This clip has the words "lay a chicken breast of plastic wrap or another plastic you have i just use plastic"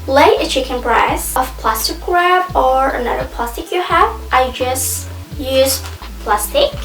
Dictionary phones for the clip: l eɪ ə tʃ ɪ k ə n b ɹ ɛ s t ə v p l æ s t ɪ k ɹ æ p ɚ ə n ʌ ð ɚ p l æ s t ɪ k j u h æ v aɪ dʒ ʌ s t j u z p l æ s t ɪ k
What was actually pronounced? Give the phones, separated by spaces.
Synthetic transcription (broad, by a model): l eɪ ə tʃ ɪ k ə n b ɹ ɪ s ə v p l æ s t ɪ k ɹ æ b ɚ ə n ʌ ð ɚ p l æ s t ɪ k j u h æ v aɪ dʒ ʌ s t j u z p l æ s t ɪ k